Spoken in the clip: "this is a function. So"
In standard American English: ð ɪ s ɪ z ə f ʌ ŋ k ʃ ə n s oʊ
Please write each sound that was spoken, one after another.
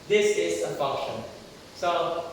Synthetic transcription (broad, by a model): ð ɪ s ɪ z ə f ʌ k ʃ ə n s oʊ